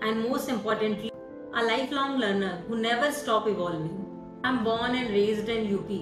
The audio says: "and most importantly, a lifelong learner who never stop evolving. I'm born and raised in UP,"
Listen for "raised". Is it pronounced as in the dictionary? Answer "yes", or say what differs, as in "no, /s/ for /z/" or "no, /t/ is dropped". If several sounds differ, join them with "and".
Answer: yes